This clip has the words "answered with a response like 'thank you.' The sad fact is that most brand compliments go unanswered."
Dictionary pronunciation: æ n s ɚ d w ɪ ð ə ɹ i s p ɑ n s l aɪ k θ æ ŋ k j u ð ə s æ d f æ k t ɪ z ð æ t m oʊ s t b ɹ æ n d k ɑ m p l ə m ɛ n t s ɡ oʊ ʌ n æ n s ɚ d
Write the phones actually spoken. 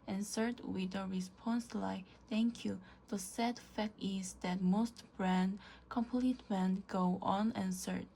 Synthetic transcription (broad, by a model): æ n s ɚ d w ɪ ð ə ɹ i s p ɑ n s l aɪ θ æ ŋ k j u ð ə s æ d f æ k t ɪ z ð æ t m oʊ s t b ɹ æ n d k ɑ m p l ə m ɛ n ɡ oʊ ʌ n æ n s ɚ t